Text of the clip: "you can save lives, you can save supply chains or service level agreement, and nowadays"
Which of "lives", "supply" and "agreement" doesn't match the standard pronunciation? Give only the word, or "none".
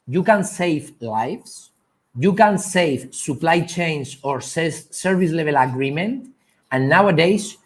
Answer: lives